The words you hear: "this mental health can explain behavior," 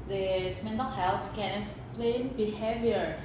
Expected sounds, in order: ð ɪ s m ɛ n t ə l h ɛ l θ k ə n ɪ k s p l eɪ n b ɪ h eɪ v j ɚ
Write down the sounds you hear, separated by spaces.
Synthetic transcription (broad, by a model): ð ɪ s m ɛ n t ə l h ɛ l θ k ə n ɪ s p l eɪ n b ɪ h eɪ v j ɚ